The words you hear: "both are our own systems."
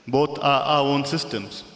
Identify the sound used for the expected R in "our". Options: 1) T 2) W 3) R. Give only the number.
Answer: 2